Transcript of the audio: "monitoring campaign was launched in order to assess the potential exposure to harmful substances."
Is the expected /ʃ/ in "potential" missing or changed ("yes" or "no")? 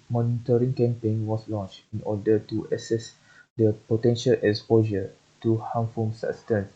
no